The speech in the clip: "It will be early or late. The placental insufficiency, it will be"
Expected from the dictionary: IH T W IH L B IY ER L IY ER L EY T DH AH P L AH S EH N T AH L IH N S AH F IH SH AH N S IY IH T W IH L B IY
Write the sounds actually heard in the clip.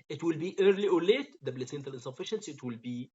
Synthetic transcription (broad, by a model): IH T W IH L B IY ER L IY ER L EY T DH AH B L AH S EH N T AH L IH N S AH F IH SH AH N S IY IH T W IH L B IY